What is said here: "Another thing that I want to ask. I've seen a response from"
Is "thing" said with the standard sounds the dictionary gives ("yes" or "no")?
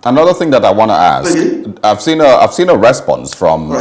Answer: yes